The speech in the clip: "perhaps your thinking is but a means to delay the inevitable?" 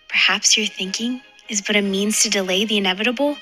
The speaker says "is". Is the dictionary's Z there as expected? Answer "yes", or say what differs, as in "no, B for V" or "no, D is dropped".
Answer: yes